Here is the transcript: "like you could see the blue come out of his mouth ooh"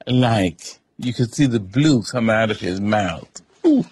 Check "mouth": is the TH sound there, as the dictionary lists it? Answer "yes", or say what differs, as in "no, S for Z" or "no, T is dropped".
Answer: yes